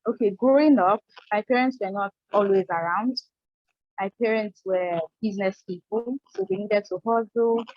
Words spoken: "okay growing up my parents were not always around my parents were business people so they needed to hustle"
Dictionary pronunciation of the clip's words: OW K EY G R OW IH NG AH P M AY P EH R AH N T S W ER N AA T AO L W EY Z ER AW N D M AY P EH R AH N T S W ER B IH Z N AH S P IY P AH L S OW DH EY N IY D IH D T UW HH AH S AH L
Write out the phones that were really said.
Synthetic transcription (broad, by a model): OW K EY G R OW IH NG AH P M AY P EH R AH N T S W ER N AA T AO L W EY Z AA AW N D M AY P EH R AH N T S W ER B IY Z N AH S P IY P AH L S OW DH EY N IY D IH D T UW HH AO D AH